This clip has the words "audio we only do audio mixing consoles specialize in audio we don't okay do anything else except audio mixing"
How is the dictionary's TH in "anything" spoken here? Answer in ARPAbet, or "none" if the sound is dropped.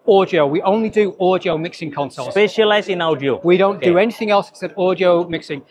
TH